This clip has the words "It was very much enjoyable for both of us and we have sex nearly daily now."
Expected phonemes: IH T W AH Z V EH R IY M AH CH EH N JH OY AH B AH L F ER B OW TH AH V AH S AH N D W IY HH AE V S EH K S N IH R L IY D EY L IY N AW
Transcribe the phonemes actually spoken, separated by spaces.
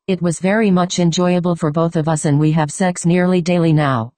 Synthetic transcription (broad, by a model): IH T W AH Z V EH R IY M AH CH EH N JH OY AH B AH L F ER B OW TH AH V AH S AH N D W IY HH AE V S EH K S N IH R L IY D EY L IY N AW